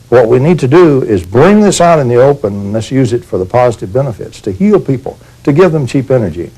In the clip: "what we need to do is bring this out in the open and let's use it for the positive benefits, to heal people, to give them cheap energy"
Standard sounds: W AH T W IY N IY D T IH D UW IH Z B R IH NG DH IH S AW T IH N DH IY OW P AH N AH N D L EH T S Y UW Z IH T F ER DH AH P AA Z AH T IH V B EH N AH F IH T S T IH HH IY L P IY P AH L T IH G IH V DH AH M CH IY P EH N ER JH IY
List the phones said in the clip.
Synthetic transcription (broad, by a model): W AH T W IY N IY D T IH D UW IH Z B R IH NG DH IH S AW T IH N DH IY OW P AH N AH N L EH S Y UW Z IH T F ER DH AH P AA Z AH T IH V B EH N AH F IH T S T IH HH IY L P IY P L T IH G IH V DH AH M CH IY P EH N ER JH IY